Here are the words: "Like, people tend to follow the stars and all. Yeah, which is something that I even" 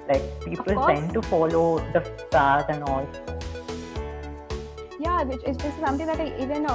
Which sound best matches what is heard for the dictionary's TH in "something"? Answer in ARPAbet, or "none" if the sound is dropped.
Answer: T